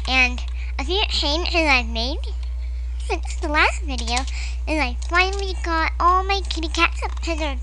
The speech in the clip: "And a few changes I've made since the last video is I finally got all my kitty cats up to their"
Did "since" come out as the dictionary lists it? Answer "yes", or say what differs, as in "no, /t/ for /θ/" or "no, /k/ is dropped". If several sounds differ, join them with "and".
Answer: no, /n/ is dropped